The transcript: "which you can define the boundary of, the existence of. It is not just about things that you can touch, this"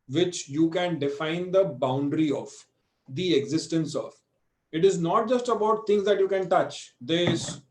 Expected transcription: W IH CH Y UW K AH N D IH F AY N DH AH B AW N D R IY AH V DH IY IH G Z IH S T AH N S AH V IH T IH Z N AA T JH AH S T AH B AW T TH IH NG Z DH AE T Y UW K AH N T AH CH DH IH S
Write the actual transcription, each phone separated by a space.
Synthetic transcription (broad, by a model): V IH CH Y UW K AH N D IH F AY N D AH B AW N D R IY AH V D IY IH G Z IH S T AH N S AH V IH T IH Z N AA T JH AH S T AH B AW T T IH NG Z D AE T Y UW K AH N T AH CH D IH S